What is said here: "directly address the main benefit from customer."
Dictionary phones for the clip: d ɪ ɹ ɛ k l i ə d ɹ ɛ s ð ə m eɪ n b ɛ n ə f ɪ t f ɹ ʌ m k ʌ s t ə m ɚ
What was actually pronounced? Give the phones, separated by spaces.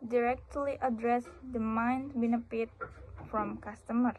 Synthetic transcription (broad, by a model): d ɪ ɹ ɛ k l i ə d ɹ ɛ s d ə m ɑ n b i n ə p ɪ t f ɹ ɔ m k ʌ s t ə m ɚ